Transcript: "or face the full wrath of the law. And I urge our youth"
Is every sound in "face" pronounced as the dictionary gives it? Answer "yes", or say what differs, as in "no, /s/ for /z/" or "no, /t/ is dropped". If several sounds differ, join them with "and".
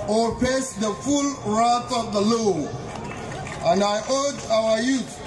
no, /p/ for /f/